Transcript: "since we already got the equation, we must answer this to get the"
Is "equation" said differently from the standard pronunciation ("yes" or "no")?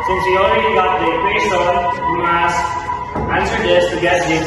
yes